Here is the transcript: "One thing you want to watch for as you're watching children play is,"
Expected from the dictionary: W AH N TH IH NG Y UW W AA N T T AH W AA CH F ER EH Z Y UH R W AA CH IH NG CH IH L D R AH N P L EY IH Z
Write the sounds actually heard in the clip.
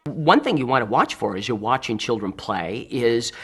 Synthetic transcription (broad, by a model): W AH N TH IH NG Y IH W AA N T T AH W AA CH F ER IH Z Y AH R W AA CH IH NG CH IH L D R AH N P L EY IH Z